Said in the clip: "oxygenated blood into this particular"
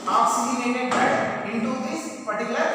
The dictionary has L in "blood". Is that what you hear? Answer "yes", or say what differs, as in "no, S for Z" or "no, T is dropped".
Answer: no, L is dropped